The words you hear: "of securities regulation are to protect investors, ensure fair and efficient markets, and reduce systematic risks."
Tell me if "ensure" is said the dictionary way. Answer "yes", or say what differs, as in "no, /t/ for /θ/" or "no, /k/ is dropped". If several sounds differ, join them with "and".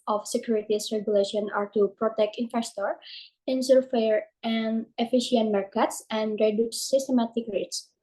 no, /s/ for /ʃ/